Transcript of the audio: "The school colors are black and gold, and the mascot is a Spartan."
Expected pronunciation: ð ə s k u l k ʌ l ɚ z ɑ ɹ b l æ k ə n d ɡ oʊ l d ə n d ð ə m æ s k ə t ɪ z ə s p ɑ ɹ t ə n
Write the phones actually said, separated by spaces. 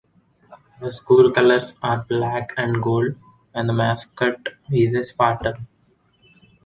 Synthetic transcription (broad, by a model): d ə s k u l k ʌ l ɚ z ɑ ɹ b l æ k ə n d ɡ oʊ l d ə n d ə m æ s k ə t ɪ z ə s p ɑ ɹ t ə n